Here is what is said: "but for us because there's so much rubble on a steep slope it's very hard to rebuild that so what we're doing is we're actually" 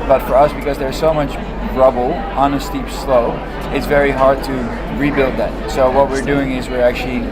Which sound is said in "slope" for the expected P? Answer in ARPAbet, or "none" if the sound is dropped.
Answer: none